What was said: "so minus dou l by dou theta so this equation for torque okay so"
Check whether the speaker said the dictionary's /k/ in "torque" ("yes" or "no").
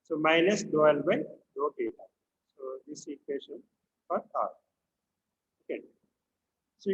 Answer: no